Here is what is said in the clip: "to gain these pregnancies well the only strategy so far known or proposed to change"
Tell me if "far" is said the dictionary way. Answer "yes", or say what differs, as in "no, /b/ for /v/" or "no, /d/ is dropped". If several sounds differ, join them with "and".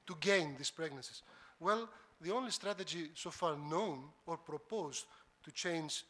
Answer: yes